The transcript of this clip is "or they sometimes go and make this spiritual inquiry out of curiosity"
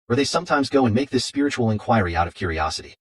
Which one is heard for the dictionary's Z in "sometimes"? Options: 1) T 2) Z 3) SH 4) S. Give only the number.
2